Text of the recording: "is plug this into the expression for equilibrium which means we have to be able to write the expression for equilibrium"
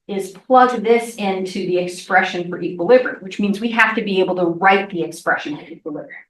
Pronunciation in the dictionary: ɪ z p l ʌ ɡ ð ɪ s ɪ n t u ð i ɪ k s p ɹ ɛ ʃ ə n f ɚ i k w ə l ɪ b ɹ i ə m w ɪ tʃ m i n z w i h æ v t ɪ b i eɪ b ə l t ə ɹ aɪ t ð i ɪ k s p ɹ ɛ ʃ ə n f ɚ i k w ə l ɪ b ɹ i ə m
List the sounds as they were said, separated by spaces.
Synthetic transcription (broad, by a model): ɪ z p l ʌ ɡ ð ɪ s ɪ n t u ð i ɪ k s p ɹ ɛ ʃ ə n f ɚ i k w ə l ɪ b ɹ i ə w ɪ tʃ m i n z w i h æ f t ɪ b i eɪ b l t ə ɹ aɪ t ð i ɪ k s p ɹ ɛ ʃ ə n f ɚ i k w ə l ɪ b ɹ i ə